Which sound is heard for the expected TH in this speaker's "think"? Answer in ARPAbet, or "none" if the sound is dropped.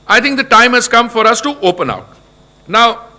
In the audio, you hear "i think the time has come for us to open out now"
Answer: T